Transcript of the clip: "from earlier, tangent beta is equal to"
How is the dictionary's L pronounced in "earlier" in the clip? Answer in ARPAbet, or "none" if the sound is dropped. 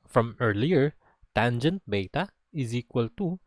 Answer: L